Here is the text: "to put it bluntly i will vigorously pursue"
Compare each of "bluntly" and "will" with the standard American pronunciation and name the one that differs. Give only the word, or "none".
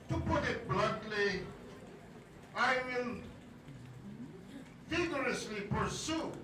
bluntly